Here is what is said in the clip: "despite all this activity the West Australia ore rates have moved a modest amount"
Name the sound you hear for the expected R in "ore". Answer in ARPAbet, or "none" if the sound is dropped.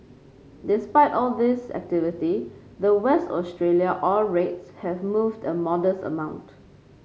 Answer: L